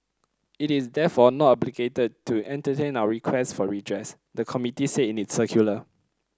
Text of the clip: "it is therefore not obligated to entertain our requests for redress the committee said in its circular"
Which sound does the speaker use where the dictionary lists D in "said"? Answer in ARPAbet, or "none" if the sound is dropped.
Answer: none